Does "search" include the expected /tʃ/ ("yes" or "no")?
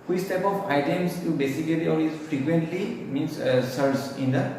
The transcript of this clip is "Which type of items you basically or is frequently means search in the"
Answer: no